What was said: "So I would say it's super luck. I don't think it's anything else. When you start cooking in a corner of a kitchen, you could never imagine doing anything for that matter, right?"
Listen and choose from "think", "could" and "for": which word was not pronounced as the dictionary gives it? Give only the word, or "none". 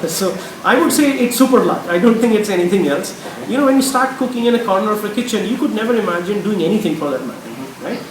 think